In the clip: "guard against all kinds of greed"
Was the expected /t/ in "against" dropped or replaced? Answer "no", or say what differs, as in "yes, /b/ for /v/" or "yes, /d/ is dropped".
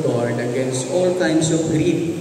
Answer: no